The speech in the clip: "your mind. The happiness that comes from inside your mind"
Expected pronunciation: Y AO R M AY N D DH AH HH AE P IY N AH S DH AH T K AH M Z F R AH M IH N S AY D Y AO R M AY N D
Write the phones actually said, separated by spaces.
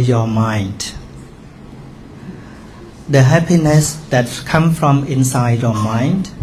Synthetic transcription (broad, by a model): Y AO M AY N D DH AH HH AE P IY N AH S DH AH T K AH M F R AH M IH N S AY D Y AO M AY N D